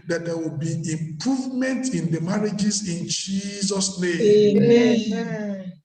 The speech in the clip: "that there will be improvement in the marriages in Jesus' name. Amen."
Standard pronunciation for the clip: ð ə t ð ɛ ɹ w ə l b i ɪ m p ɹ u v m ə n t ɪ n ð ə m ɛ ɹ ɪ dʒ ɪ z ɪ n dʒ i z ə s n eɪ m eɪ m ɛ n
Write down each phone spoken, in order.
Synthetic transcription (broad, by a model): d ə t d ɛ w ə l b i ɪ m p ɹ u v m ə n t ɪ n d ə m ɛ ɹ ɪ dʒ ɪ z ɪ n dʒ i z ə s n eɪ eɪ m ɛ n